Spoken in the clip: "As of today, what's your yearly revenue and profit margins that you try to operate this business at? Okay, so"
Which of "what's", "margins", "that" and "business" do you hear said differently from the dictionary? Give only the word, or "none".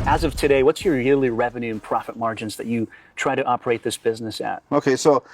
none